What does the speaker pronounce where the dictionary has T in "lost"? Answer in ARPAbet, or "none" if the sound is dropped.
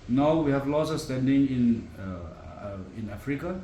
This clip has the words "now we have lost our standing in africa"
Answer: none